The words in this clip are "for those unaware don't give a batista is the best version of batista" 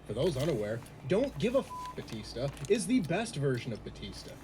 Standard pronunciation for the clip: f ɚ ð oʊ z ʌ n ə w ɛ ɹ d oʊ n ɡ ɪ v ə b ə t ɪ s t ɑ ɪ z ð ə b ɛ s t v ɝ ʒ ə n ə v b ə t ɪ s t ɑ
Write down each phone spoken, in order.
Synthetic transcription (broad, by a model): f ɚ ð oʊ z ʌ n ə w ɛ ɹ d oʊ n ɡ ɪ v ə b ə t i s t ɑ ɪ z ð ə b ɛ s t v ɝ ʒ ə n ə v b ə t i s t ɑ